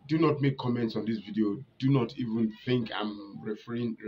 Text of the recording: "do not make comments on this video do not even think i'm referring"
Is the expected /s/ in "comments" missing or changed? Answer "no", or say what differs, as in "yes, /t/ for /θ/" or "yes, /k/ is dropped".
no